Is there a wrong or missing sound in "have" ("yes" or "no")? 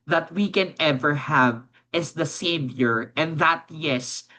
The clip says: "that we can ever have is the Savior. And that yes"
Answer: no